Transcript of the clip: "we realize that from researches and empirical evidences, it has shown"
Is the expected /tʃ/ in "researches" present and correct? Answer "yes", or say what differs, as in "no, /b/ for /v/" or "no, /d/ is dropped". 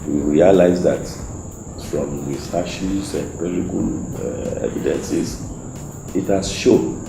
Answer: no, /ʃ/ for /tʃ/